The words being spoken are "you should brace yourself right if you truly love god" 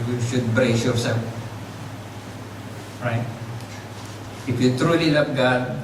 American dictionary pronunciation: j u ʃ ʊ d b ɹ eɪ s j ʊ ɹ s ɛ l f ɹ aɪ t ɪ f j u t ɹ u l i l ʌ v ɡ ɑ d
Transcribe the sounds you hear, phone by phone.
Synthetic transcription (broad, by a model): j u ʃ ʊ d b ɹ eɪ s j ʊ ɹ s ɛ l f ɹ aɪ t ɪ f j u t ɹ u l i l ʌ p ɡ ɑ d